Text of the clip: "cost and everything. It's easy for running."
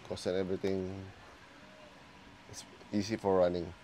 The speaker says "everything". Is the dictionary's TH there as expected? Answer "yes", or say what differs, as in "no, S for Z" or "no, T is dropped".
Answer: no, T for TH